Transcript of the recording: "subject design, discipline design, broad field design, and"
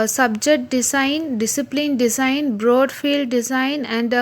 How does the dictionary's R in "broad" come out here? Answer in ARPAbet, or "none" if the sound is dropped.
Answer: R